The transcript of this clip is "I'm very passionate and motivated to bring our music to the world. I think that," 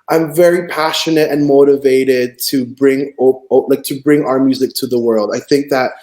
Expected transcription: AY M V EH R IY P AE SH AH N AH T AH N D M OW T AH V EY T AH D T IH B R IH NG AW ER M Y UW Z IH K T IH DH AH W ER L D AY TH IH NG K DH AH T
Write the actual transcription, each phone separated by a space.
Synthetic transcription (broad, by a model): AY M V EH R IY P AE SH AH N AH T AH N M OW T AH V EY T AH D T IH B R IH NG AW ER M Y UW Z IH K T IH DH AH W ER L D AY TH IH NG K DH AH T